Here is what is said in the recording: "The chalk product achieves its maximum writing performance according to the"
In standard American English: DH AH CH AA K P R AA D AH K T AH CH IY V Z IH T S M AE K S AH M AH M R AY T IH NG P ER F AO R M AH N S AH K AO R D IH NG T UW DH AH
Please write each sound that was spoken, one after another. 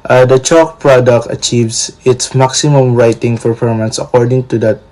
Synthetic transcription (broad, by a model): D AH CH AA K P R AA D AH K T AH CH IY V S IH T S M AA K S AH M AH M R AY T IH NG F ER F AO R M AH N S AH K AO R D IH NG T UW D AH